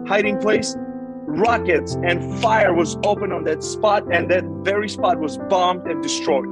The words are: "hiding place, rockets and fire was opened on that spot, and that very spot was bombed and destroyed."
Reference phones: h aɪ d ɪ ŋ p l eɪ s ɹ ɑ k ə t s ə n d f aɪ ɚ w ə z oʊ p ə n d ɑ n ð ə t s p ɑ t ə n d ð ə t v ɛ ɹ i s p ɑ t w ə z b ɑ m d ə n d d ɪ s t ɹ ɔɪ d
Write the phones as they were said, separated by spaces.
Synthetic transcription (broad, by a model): h aɪ d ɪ ŋ p l eɪ s ɹ ɑ k ə t s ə n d f aɪ ɚ w ə z oʊ p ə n ɑ n ð ə t s p ɑ t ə n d ð ə t v ɛ ɹ i s p ɑ t w ə z b ɑ m d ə n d d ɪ s t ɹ ɔɪ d